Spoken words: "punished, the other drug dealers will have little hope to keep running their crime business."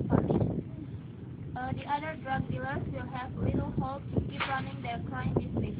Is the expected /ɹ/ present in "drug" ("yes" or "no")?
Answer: yes